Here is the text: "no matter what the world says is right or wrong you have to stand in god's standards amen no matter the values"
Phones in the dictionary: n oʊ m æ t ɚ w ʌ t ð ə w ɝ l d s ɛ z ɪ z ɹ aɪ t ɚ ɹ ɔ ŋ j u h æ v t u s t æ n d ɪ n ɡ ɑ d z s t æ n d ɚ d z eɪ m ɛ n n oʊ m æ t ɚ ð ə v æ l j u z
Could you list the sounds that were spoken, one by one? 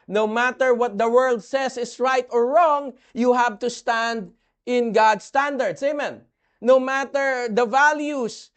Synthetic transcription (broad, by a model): n oʊ m æ t ɚ w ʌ t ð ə w ɝ l d s ɛ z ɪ s ɹ aɪ t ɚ ɹ ɔ ŋ j u h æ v t u s t æ n d ɪ n ɡ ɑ d s t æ n d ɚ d s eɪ m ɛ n n oʊ m æ t ɚ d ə v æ l j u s